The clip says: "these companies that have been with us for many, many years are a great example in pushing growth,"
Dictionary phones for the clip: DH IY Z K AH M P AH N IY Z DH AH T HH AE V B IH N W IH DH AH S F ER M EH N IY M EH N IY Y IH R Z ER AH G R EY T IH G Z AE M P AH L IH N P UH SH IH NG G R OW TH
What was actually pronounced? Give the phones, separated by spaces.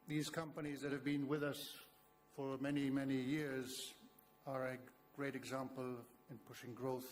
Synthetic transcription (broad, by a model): DH IY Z K AH M P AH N IY Z DH AH T HH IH V B IH N W IH DH AH S F ER M EH N IY M EH N IY Y IH R Z ER AH G R EY T IH G Z AE M P AH L IH N P UH SH IH NG G R OW TH